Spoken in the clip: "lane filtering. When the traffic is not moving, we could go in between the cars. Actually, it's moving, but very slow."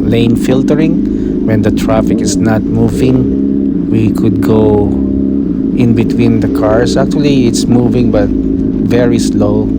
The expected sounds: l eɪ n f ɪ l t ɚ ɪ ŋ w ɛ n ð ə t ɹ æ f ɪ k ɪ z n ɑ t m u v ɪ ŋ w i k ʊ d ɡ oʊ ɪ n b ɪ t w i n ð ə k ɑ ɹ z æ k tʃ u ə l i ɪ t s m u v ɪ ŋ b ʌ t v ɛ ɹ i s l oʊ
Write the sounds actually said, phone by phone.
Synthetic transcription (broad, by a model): l eɪ n f ɪ l t ɚ ɪ ŋ w ɛ n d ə t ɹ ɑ f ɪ k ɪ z n ɑ t m u v ɪ ŋ w i k ʊ d ɡ oʊ ɪ n b ɪ t w i n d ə k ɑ ɹ s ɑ k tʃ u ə l i ɪ t s m u v ɪ ŋ b ʌ t v ɛ ɹ i s l oʊ